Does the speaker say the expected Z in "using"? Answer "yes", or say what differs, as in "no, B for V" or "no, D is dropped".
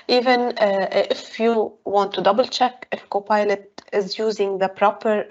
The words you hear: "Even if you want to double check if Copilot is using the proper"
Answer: yes